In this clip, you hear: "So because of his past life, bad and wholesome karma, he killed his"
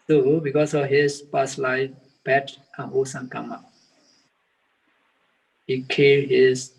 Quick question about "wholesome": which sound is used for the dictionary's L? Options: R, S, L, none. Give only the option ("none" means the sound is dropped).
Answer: none